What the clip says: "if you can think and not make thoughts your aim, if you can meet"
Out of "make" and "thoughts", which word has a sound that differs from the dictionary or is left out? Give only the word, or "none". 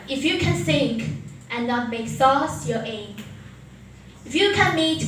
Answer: thoughts